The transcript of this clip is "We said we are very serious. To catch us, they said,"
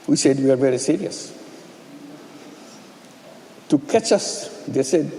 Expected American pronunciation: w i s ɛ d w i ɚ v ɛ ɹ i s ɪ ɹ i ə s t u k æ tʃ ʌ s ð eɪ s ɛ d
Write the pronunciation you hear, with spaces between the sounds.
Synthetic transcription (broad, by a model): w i s ɛ d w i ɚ v ɛ ɹ i s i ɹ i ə s t u k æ tʃ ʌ s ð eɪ s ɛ d